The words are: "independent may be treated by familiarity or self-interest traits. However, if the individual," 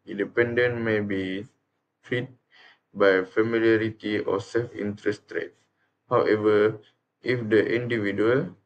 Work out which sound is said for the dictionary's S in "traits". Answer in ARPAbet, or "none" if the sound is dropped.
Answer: none